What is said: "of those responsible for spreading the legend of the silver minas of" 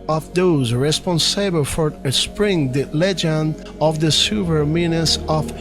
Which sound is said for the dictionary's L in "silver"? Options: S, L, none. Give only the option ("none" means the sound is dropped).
none